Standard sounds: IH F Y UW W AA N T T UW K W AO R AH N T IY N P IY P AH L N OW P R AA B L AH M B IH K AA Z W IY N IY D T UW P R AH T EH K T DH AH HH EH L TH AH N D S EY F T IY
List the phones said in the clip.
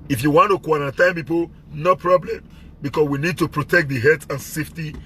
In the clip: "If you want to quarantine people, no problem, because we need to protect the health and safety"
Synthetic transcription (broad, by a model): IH F Y UW W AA N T T UW K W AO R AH N T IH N P IY P AH L N OW P R AA B L AH M B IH K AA S W IY N IY D T UW P R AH T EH K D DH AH HH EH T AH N S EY F T IY